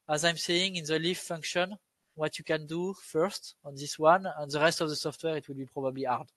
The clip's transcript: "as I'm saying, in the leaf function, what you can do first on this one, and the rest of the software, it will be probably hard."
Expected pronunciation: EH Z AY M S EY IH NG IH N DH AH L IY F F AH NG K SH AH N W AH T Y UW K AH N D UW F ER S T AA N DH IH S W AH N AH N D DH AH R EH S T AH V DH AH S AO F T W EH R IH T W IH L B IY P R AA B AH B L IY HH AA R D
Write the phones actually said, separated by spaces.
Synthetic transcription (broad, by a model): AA Z AY M S EY IH NG IH N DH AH L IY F F AH NG K SH AH N W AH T Y UW K AH N D UW F ER S T AA N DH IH S W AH N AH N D DH AH R EH S T AH V DH AH S AO F T W EH R IH T W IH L B IY P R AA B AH B L IY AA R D